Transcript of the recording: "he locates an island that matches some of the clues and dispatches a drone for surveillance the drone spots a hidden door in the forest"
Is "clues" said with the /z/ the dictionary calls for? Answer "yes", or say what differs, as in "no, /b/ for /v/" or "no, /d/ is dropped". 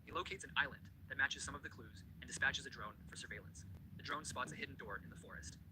yes